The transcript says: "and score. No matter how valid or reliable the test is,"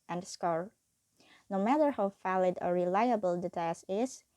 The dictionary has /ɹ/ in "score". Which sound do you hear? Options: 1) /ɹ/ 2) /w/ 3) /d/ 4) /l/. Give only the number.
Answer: 1